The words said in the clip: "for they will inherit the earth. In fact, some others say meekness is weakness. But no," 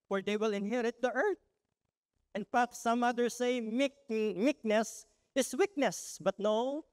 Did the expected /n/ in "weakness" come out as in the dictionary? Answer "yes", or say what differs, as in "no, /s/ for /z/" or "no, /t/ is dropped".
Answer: yes